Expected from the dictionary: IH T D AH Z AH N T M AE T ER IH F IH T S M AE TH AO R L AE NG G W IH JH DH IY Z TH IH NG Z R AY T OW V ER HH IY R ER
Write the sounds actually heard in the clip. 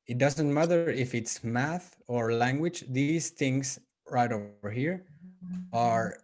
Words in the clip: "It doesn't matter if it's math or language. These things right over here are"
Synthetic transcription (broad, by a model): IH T D AH Z AH N T M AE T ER IH F IH T S M AE TH AO R L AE NG G W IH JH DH IY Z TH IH NG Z R AY T OW V ER HH IY R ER